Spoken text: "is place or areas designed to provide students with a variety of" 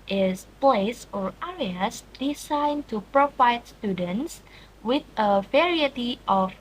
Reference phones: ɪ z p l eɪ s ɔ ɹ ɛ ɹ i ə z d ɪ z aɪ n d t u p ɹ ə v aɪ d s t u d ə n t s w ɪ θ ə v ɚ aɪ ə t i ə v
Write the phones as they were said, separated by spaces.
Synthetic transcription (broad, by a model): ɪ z p l eɪ s ɔ ɹ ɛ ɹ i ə s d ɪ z aɪ n t u p ɹ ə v aɪ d s t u d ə n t s w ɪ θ ə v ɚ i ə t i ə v